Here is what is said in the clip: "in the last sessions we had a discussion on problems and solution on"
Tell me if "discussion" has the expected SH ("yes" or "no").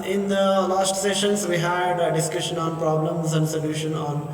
yes